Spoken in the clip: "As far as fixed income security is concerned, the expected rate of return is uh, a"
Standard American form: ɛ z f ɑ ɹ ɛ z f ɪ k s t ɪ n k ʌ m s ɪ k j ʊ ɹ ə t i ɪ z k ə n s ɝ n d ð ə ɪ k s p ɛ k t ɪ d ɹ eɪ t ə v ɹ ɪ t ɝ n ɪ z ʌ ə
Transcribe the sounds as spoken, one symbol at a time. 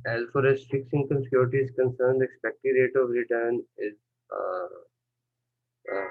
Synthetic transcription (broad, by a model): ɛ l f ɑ ɹ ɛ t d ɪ k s ɪ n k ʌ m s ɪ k j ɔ ɹ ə t i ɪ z k ə n s ɝ n d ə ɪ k s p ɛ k t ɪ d ɹ eɪ t ə v ɹ ɪ t ɝ n ɪ z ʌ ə